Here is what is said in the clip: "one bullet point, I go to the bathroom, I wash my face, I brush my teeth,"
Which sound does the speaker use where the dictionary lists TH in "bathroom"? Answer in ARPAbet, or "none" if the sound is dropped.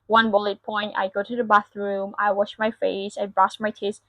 TH